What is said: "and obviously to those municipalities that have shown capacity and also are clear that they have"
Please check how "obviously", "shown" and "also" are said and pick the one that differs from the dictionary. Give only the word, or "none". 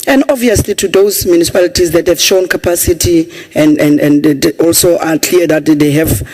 obviously